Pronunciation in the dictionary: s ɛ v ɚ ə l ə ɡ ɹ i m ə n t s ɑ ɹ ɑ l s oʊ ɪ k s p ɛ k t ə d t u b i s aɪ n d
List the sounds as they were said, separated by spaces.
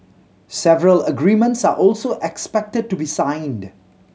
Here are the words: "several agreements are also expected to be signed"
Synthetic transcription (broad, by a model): s ɛ v ɚ ə l ə ɡ ɹ i m ə n t s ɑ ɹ ɑ l s oʊ ɪ k s p ɛ k t ə d t u b i s aɪ n d